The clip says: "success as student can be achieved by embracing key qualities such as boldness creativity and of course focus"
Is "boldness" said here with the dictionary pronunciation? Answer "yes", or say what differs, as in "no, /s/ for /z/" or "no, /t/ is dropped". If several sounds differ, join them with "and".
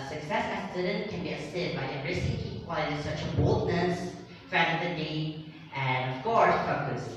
yes